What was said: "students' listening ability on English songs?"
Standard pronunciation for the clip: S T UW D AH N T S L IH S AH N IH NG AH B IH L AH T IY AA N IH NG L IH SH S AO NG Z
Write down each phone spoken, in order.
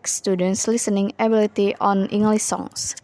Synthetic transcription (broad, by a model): S T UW D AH N T S L IH S AH N IH NG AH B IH L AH T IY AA N IH NG L IH SH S AO NG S